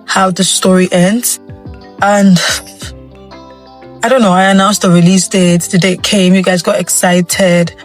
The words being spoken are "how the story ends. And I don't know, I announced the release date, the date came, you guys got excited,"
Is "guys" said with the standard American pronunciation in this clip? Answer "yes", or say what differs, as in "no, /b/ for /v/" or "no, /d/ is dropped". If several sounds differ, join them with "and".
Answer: yes